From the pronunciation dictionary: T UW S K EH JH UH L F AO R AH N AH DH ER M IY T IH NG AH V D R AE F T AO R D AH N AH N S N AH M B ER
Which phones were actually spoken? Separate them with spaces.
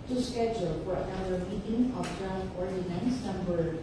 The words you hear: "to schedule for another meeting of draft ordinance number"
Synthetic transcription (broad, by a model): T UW S K EH JH UH L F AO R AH UH ER M IY T IH NG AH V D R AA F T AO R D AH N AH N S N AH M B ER